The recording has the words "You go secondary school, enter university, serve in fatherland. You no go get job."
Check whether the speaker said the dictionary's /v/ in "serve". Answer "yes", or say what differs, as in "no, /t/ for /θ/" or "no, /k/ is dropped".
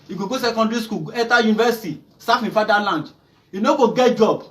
no, /f/ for /v/